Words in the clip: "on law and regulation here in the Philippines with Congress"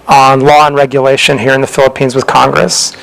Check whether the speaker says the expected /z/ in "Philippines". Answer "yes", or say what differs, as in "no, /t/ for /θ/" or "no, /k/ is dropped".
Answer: yes